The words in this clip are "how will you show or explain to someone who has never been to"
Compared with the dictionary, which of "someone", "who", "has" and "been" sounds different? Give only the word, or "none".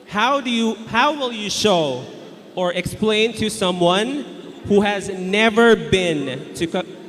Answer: none